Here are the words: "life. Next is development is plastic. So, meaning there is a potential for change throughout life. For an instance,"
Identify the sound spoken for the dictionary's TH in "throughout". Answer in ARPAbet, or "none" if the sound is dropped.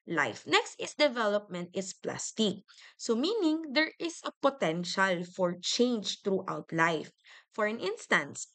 T